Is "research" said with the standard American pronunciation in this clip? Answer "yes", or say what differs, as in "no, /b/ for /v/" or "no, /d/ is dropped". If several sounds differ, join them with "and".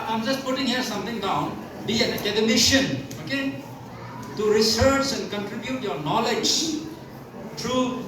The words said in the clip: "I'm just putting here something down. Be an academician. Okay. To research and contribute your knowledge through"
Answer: yes